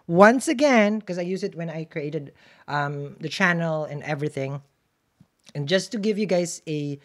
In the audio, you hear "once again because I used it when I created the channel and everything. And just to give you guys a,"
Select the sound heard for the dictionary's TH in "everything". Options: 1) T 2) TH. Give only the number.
2